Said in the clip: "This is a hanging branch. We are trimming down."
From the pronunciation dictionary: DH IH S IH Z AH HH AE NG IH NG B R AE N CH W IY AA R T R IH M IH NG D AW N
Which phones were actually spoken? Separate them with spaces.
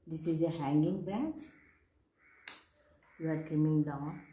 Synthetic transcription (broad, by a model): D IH S IH Z AH HH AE NG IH NG B R AE N CH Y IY AA R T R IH M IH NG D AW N